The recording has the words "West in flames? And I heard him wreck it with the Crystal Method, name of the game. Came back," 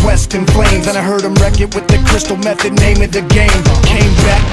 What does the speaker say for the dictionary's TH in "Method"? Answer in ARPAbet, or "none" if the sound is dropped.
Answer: TH